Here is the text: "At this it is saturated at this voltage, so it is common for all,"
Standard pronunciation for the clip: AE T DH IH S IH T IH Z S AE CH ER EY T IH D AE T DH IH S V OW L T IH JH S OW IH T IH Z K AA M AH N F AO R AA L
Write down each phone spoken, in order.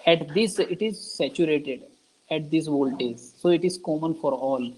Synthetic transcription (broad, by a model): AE T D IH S IH T IH Z S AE CH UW EY T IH D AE T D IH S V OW L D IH Z S OW IH T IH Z K AA M AH N F AO R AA L